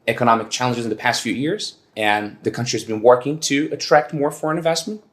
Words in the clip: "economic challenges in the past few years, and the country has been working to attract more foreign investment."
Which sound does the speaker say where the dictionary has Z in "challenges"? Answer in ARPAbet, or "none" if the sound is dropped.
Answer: Z